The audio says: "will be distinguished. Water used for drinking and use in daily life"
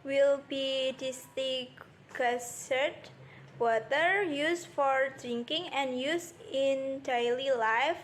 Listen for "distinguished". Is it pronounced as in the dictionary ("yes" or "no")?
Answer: no